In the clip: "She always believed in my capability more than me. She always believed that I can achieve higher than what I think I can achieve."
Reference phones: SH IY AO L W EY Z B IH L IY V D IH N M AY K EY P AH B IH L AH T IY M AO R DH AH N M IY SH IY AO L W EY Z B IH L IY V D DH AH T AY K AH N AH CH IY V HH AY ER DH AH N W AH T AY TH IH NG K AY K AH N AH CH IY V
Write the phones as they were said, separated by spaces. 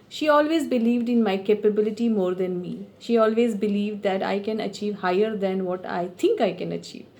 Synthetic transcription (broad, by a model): SH IY AO L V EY Z B IH L IY V D IH N M AY K EY P AH B IH L AH T IY M AO R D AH N M IY SH IY AO L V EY Z B IH L IY V D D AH T AY K AH N AH CH IY V HH AY ER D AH N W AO T AY T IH NG K AY K AH N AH CH IY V